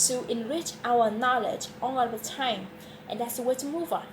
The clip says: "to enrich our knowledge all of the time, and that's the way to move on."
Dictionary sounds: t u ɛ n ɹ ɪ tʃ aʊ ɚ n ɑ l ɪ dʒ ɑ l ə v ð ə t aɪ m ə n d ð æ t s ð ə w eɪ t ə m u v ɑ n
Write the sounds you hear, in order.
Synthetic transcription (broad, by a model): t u ɛ n ɹ ɪ tʃ aʊ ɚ n ɑ l ɪ dʒ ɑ n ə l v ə t aɪ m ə n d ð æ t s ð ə w eɪ t ə m u v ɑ n